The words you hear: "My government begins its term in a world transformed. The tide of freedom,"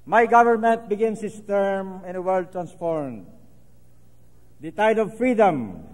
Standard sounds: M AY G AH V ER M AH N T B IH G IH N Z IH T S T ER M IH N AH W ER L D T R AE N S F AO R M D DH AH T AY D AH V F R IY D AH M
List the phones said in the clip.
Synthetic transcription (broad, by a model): M AY G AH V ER M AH N T B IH G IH N S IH S T ER M IH N AH W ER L D T R AE N S F AO R M D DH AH T AY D AH V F R IY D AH M